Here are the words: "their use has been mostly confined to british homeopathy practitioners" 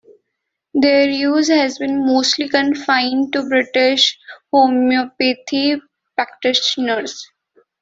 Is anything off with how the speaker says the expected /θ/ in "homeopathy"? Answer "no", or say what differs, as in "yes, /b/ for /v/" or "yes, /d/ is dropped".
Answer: yes, /t/ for /θ/